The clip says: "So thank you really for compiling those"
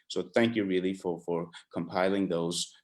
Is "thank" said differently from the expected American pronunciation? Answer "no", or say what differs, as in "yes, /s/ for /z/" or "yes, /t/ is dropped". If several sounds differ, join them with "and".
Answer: no